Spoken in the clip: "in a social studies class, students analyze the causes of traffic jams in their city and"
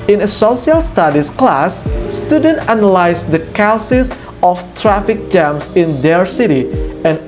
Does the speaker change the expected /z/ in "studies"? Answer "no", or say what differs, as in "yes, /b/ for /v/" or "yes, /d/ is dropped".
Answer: yes, /s/ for /z/